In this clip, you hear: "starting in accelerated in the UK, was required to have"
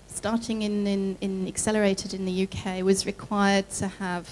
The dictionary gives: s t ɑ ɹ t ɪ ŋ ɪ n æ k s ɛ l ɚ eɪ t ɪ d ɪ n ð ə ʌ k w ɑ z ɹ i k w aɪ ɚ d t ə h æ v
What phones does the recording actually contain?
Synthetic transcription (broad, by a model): s t ɑ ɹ t ɪ ŋ ɪ n æ k s ɛ l ɚ eɪ t ɪ d ɪ n ð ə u k w ɑ z ɹ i k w aɪ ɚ d t ə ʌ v